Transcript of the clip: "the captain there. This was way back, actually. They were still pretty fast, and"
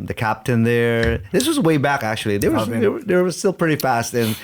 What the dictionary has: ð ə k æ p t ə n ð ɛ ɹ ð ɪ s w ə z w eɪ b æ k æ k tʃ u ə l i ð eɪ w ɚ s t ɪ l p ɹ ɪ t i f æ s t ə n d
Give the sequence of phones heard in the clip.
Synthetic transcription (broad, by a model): ð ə k æ p t ə n ð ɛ ɹ ð ɪ s w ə z w eɪ b æ k æ k tʃ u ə w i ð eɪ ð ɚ s t ɪ l p ɹ ɪ t i f æ s t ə n